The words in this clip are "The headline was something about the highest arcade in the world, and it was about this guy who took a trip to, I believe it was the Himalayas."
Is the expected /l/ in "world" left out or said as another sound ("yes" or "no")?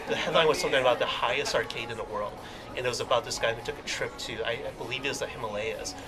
no